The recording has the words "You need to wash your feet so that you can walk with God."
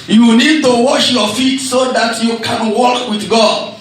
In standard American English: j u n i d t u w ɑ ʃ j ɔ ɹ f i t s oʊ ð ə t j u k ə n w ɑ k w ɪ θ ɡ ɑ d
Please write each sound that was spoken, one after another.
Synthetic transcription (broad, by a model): j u n i d t u w ɑ ʃ j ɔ f i t s oʊ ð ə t j u k ə n w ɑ k w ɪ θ ɡ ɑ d